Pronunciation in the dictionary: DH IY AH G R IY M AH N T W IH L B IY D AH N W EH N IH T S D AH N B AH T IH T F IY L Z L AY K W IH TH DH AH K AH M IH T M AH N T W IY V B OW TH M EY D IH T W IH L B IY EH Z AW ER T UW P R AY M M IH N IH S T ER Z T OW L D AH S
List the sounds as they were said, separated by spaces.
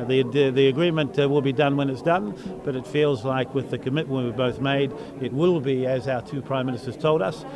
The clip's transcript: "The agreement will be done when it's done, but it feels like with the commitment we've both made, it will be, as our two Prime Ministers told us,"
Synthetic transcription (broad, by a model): DH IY AH G R IY M AH N T W IH L B IY D AH N W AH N IH T S D AH N B AH T IH T F IY L Z L AY K W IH DH AH K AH M IH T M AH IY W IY B OW TH M EY D IH T W IH L B IY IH Z AW ER T UW P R AY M M IH N IH S T ER Z T OW L D AH S